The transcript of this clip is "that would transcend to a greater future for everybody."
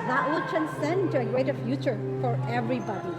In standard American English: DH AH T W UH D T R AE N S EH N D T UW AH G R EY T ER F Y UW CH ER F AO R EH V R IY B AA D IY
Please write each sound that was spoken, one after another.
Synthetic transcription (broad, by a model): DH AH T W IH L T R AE N S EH N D T UW AH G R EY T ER F Y UW CH ER F AO R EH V R IY B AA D IY